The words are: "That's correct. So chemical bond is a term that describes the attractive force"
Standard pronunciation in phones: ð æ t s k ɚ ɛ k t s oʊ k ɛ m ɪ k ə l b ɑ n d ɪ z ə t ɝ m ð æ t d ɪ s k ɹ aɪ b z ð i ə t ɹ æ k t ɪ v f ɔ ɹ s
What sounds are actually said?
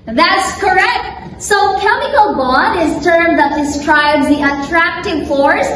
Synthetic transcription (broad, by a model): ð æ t s k ɚ ɛ k t s oʊ k ɛ m ɪ k ə l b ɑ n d ɪ z t ɝ m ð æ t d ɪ s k ɹ aɪ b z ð i ə t ɹ æ k t ɪ v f ɔ ɹ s